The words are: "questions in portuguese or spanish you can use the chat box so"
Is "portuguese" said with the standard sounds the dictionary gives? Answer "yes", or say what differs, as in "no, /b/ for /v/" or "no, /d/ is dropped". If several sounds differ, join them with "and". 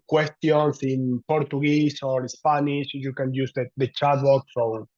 no, /s/ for /z/